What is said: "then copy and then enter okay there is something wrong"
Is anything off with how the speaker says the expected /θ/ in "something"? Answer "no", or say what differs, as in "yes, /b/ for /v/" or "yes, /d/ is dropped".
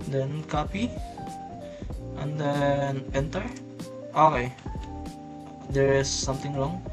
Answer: yes, /t/ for /θ/